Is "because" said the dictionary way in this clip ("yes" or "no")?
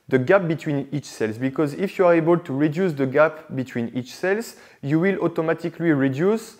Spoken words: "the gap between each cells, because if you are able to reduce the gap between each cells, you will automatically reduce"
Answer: yes